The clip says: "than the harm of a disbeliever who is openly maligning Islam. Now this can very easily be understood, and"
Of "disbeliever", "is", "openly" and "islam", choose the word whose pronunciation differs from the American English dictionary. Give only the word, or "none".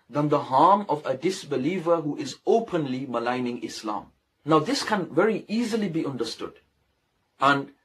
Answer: none